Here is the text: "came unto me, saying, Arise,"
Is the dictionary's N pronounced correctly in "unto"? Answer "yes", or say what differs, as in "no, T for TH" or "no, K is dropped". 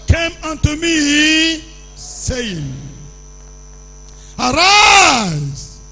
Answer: yes